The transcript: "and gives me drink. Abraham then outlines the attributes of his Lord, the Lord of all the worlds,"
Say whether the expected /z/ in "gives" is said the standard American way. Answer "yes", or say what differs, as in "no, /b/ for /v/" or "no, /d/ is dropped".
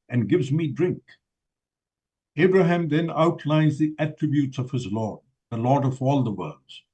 yes